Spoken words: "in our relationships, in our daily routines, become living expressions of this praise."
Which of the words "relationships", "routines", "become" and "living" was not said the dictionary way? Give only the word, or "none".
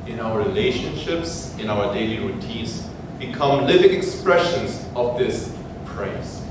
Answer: routines